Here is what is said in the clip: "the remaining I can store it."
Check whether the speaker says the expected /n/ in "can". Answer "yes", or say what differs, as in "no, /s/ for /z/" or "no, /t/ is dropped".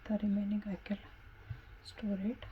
no, /l/ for /n/